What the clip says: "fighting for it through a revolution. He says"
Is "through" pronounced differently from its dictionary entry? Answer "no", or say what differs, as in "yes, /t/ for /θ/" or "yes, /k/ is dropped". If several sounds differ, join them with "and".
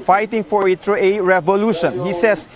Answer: yes, /t/ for /θ/